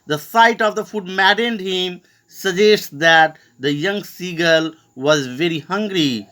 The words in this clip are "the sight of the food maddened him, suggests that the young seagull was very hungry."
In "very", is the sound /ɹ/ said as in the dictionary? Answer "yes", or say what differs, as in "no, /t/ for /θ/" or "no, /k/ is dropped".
yes